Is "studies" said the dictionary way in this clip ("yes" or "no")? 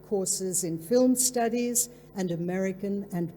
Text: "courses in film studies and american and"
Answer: yes